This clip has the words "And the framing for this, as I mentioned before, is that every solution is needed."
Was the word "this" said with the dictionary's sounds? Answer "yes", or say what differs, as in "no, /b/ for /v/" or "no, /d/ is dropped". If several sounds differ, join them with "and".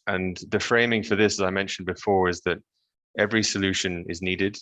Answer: yes